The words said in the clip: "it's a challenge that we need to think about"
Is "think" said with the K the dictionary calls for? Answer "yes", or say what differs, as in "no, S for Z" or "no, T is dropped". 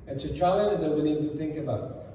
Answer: yes